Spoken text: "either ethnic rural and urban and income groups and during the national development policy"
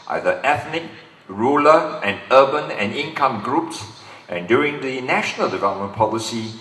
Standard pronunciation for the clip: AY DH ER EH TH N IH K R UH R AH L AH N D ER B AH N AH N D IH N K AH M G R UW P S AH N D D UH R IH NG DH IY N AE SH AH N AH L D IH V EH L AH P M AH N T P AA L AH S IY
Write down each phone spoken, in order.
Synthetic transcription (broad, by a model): AY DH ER EH TH N IH K R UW L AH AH N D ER B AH N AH N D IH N K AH M G R UW P S AH N D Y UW R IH NG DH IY N AE SH AH N AH L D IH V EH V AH M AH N P AA L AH S IY